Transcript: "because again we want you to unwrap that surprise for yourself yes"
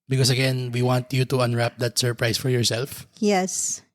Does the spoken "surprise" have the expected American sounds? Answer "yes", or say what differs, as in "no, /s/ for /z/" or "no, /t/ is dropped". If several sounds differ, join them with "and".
no, /s/ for /z/